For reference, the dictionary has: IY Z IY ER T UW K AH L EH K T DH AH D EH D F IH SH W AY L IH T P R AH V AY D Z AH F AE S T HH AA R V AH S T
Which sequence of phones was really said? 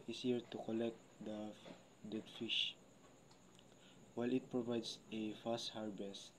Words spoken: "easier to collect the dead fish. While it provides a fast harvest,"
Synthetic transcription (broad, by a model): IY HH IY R T UW K AH L EH K T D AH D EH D F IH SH W AY L IH T P R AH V AY D S AH F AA S T HH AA R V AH S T